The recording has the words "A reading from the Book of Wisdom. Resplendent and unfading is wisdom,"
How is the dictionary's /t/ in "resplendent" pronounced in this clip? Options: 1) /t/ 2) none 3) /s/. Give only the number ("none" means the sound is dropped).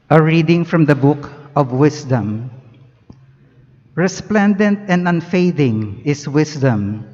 1